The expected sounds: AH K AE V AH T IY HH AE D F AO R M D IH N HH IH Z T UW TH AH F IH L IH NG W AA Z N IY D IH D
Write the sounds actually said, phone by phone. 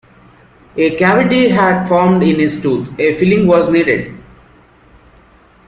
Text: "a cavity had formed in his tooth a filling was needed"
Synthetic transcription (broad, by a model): AH K AE V AH T IY HH AE D F AO R M D IH N HH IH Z T UW T AH F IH L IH NG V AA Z N IY D IH D